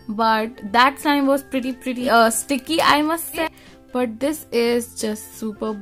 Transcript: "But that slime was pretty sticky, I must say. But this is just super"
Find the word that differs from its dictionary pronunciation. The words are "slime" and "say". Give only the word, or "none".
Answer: slime